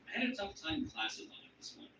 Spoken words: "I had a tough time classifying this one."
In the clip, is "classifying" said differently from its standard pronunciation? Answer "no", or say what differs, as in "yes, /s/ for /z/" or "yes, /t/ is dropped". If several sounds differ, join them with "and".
yes, /f/ is dropped